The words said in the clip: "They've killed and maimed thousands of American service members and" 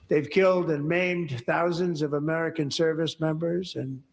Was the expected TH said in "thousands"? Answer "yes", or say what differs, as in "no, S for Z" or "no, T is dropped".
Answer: yes